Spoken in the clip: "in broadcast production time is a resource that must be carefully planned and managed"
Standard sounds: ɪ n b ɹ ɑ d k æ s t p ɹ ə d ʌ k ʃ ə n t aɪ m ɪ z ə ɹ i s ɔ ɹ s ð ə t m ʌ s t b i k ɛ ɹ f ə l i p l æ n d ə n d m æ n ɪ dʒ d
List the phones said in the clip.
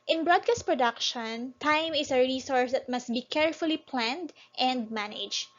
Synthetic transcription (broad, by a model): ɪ n b ɹ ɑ d k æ s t p ɹ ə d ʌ k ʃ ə n t aɪ m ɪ s ə ɹ i s ɔ ɹ s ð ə t m ʌ s t b i k ɛ ɹ f ə l i p l æ n d ə n d m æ n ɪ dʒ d